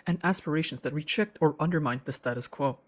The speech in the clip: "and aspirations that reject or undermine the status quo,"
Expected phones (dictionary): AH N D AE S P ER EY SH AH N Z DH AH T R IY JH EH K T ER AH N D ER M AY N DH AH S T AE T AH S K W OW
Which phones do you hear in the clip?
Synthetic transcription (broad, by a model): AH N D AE S P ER EY SH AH N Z DH AH T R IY CH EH K T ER AH N D ER M AY N DH AH S T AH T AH S K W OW